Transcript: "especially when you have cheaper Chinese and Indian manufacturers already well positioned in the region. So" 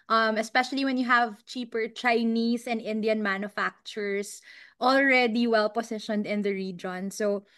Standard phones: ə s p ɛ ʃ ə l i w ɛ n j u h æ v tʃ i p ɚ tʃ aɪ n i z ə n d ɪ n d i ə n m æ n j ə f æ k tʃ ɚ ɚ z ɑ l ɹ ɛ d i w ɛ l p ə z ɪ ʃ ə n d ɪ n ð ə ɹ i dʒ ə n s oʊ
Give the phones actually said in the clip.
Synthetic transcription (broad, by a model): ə s p ɛ ʃ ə l i w ɛ n j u h æ v tʃ i p ɚ tʃ aɪ n i s ə n d ɪ n d i ə n m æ n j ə f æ k tʃ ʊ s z ɑ l ɹ ɛ d i w ɛ l p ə s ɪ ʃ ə n d ɪ n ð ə ɹ i dʒ ə n s oʊ